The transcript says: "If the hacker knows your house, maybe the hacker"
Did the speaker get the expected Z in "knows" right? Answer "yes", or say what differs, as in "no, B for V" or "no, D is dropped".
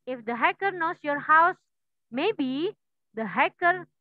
no, S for Z